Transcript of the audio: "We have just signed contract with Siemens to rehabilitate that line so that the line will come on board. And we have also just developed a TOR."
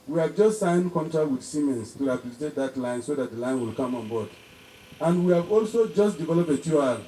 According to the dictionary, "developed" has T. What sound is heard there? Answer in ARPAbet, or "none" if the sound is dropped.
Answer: none